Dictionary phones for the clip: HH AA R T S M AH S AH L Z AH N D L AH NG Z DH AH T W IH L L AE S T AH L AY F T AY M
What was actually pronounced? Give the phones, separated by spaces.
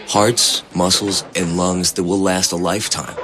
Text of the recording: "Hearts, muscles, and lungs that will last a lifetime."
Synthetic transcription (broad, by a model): HH AA R T S M AH S L Z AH N L AH NG Z DH AH T W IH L L AE S T AH L AY F T AY M